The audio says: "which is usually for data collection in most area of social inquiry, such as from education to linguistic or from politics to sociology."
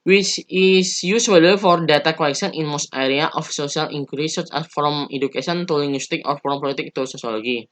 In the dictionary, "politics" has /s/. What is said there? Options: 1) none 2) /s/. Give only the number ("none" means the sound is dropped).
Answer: 1